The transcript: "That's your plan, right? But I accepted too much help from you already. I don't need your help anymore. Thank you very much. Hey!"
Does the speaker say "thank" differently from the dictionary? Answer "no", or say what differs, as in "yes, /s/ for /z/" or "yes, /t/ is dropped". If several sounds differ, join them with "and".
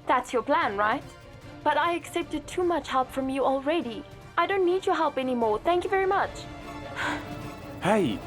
no